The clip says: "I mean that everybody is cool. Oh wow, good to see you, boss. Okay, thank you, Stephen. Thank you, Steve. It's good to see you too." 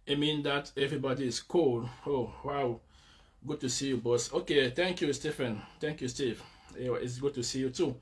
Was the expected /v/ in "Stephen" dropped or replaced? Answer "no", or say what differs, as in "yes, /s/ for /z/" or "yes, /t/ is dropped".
yes, /f/ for /v/